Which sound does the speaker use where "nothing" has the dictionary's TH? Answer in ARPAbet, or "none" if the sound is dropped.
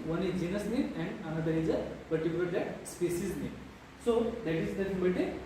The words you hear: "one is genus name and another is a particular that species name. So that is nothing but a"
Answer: S